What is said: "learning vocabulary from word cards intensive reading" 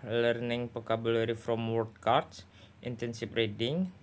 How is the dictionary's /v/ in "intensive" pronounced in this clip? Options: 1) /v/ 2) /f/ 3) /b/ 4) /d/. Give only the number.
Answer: 2